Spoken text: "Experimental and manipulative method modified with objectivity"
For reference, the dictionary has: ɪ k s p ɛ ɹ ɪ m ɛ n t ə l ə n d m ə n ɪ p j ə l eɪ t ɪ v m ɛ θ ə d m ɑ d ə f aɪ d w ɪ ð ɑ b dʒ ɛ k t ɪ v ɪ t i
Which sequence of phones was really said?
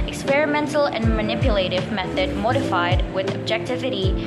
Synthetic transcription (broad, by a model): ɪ k s p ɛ ɹ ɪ m ɛ n t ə l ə n m ə n ɪ p j ə l eɪ t ɪ v m ɛ θ ə d m ɑ d ə f aɪ d w ɪ ð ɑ b dʒ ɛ k t ɪ v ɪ t i